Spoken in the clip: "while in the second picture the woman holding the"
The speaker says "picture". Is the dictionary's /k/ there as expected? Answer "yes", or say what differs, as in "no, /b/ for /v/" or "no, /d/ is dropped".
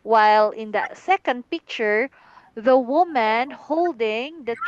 yes